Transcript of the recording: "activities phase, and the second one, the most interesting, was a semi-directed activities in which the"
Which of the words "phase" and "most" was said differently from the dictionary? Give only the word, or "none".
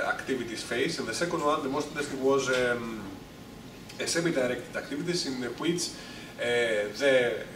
phase